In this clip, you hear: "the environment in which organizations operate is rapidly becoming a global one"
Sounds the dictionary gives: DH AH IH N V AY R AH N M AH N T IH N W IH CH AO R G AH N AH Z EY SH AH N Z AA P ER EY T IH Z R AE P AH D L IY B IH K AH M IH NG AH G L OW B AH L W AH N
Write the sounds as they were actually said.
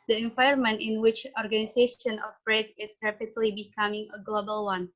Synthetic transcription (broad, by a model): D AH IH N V AY AH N M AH N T IH N W IH CH AO R G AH N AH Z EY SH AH N AA F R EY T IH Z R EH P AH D L IY B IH K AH M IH NG AH G L OW B AH L W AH N